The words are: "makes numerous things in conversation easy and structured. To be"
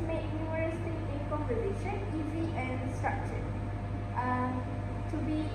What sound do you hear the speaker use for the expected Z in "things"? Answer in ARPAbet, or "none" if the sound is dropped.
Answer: none